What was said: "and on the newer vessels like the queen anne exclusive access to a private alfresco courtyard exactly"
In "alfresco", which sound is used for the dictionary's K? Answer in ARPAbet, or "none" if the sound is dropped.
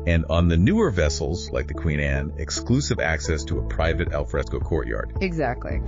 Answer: K